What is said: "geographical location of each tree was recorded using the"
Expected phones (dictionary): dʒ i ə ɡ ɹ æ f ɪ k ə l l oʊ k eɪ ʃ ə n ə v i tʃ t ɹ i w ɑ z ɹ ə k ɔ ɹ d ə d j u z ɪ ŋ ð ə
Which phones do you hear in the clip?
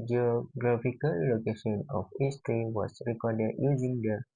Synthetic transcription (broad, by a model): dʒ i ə ɡ ɹ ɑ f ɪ k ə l l oʊ k eɪ ʃ ə n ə f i s t ɹ i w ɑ s ɹ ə k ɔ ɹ d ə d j u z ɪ ŋ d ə